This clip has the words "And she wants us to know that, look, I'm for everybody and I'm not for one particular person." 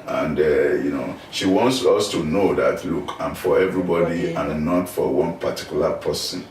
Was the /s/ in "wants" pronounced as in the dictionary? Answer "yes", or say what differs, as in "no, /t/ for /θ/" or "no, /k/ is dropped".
yes